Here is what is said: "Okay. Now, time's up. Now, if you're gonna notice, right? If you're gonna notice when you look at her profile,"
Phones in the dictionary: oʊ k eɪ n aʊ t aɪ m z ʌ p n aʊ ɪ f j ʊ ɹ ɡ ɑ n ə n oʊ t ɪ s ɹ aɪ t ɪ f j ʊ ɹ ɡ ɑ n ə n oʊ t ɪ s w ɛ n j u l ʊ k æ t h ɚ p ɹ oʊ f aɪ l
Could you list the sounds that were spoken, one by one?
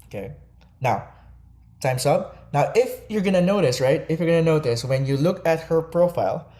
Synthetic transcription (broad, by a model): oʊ k eɪ n aʊ t aɪ m s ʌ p n aʊ ɪ f j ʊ ɹ ɡ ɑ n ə n oʊ t ɪ s ɹ aɪ t ɪ f j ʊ ɹ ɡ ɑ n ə n oʊ t ɪ s w ɛ n j u l ʊ k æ t h ɚ p ɹ oʊ f aɪ l